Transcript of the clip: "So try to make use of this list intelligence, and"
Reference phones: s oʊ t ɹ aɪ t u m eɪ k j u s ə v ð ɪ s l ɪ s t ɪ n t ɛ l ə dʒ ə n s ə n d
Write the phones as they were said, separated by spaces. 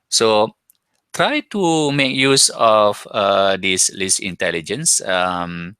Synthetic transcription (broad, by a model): s oʊ t ɹ aɪ t u m eɪ k j u s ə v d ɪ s l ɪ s ɪ n t ɛ l ə dʒ ə n s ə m